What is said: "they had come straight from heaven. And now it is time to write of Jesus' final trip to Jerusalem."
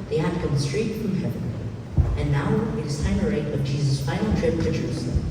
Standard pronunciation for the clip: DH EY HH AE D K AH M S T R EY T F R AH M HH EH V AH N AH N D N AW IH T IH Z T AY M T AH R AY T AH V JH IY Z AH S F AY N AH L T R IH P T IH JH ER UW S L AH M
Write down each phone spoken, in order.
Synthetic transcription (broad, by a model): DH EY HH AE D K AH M S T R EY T F R AH M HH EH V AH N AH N N AW IH T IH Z T AY M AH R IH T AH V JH IY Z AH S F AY AH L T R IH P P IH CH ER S